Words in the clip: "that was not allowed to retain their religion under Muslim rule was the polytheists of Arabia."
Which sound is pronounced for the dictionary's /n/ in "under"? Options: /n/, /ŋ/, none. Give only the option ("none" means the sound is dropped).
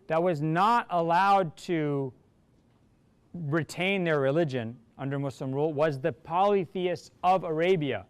/n/